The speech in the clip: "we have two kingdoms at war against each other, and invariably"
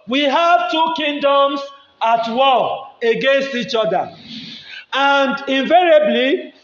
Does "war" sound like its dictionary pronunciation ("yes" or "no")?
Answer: no